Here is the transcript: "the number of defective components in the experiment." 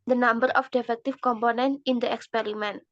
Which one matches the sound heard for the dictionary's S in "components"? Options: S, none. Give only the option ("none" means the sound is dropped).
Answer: none